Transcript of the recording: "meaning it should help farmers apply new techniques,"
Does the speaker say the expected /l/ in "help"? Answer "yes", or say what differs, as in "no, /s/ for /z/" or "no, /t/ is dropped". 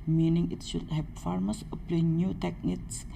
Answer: no, /l/ is dropped